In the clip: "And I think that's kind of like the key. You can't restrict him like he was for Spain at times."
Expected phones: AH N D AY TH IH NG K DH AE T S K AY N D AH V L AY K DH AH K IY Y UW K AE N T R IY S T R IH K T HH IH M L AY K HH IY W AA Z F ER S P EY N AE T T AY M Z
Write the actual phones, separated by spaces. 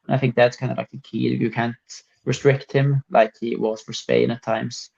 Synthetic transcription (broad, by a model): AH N AY TH IH NG K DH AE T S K AY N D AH L AY K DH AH K IY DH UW K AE N T R IY S T R IH K T HH IH M L AY K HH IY W AA Z F ER S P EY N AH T T AY M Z